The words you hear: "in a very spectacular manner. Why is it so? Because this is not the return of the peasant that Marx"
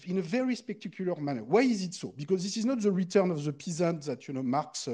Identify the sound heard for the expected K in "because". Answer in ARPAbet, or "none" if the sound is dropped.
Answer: K